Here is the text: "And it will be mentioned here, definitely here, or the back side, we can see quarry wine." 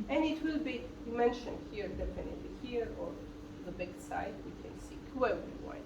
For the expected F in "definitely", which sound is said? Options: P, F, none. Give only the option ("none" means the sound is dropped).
P